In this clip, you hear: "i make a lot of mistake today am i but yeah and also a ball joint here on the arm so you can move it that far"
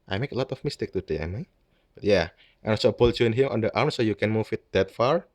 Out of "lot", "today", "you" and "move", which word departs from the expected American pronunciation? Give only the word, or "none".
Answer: move